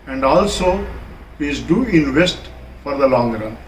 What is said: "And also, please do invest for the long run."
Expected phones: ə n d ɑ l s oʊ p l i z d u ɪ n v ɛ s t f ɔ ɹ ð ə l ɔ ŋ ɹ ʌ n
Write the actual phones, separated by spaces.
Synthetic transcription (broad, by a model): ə n d ɑ l s oʊ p i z d u ɪ n v ɛ s t f ɔ ɹ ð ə l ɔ ŋ ɹ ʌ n